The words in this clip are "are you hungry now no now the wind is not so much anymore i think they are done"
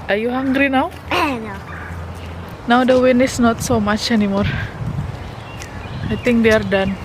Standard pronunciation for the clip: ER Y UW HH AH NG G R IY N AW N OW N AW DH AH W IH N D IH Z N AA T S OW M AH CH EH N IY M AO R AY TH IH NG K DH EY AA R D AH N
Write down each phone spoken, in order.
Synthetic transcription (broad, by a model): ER Y UW HH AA NG G R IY N AW N OW N AW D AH W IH N IH S N AA T S OW M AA CH EH N IY M AO R AY T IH NG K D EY AA R D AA N